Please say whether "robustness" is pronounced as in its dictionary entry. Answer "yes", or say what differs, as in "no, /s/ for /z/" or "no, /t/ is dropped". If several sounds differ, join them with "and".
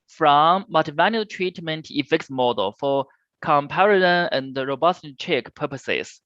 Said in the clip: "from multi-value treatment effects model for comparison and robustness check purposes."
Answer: no, /n/ is dropped and /s/ is dropped